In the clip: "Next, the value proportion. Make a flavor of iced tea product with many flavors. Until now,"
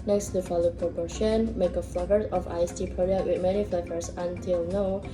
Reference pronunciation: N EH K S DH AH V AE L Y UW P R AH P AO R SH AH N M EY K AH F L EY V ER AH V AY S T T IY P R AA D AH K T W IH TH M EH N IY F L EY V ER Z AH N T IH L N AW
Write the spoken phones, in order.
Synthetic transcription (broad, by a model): N EH K S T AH F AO L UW P R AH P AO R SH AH N M EY K AH F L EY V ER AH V AY S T T IY P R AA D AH T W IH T M EH N IY F L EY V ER S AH N T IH L N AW